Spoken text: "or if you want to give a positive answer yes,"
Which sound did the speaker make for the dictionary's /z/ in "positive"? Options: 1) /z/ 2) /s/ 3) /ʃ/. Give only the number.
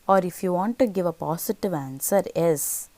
2